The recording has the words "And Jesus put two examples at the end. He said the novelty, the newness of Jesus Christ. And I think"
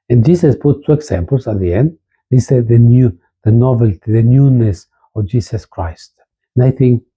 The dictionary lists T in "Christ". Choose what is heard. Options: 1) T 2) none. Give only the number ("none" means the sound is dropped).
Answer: 1